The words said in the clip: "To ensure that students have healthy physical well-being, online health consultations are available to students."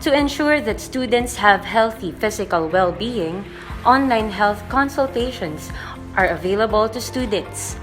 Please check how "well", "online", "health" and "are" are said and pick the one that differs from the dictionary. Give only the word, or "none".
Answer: none